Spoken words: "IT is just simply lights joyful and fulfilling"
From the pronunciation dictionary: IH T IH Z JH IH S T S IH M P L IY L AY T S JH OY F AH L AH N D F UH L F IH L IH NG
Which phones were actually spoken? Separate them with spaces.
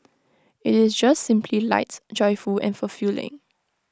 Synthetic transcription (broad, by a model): IH T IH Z JH IH S T S IH M P L IY L AY T JH OY F AH L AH N F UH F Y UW L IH NG